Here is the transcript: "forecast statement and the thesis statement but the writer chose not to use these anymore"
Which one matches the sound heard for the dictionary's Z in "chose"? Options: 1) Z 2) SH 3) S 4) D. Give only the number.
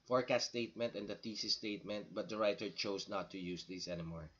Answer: 3